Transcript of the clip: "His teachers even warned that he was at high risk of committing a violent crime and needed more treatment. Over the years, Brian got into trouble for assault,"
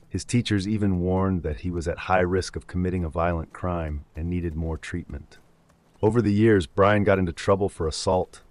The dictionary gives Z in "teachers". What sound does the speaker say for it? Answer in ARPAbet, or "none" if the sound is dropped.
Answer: Z